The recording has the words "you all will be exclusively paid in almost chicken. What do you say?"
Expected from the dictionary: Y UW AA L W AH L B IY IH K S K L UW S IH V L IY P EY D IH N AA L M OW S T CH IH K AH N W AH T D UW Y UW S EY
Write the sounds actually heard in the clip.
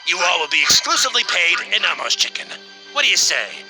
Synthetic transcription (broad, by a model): Y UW AA L W AH L B IY IH K S K L UW S IH V L IY P EY D IH N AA M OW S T CH IH K AH N W AH T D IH Y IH S EY